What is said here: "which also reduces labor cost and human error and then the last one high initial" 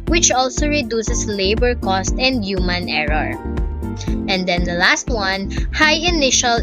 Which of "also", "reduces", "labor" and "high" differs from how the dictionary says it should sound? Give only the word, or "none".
reduces